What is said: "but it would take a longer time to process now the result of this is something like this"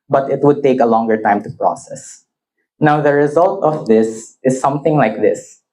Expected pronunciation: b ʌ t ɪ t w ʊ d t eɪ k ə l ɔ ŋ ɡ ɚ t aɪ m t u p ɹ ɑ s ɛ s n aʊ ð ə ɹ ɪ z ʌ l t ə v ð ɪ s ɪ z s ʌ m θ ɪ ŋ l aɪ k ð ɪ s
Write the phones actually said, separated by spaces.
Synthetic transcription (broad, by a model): b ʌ t ɪ t w ʊ d t eɪ k ə l ɔ ŋ ɡ ɚ t aɪ m t u p ɹ ɑ s ɛ s n aʊ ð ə ɹ ɪ z ʌ l t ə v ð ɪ s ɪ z s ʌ m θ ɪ ŋ l aɪ k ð ɪ s